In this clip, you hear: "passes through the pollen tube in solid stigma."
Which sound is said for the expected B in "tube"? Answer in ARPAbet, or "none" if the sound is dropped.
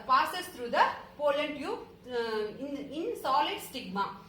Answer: none